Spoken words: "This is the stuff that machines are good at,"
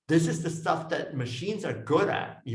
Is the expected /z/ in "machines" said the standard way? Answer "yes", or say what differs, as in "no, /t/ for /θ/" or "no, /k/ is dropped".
yes